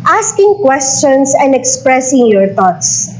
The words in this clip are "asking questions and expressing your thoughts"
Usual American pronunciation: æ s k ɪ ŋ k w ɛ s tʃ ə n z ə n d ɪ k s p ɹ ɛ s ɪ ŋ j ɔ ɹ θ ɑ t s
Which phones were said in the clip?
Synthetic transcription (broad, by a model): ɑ s k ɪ ŋ k w ɛ s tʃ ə n s ə n d ɪ k s p ɹ ɛ s ɪ ŋ j ɔ ɹ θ ɑ t s